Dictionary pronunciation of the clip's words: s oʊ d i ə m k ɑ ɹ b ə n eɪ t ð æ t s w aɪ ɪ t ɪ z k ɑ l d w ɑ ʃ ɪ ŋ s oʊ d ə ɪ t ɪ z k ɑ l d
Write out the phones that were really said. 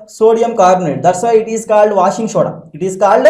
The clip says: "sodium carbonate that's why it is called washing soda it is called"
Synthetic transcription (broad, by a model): s oʊ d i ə m k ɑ ɹ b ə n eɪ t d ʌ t s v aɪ ɪ t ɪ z k ɑ l d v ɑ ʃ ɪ ŋ ʃ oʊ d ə ɪ t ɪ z k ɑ l d